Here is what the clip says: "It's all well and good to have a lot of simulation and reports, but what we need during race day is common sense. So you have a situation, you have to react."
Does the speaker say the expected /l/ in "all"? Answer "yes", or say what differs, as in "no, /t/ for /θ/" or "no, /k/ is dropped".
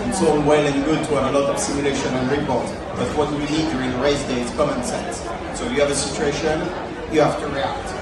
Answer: no, /n/ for /l/